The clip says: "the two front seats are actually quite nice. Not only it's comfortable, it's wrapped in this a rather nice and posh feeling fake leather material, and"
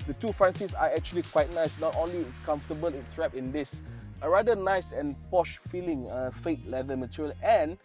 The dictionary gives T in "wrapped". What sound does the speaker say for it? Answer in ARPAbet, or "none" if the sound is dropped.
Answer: none